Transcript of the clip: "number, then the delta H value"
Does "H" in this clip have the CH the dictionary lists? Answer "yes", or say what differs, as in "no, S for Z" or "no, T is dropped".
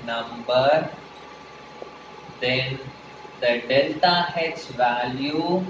no, S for CH